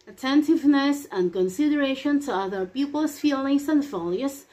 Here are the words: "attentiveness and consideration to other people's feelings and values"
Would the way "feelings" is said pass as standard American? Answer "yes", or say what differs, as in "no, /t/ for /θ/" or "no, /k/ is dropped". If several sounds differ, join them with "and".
no, /s/ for /z/